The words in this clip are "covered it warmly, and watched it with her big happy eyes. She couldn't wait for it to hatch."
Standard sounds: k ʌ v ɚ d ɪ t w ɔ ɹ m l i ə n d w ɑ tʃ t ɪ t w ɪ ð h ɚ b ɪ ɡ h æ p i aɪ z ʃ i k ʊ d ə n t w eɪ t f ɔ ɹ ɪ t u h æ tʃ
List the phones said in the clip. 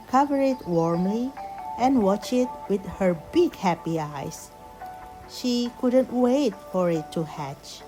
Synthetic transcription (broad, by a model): k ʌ v ɚ ɪ t w ɔ ɹ m l i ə n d w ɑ tʃ ɪ t w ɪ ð h ɚ b ɪ ɡ h æ p i aɪ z ʃ i k ʊ d ə n t w eɪ t f ɔ ɹ ɪ t u h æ tʃ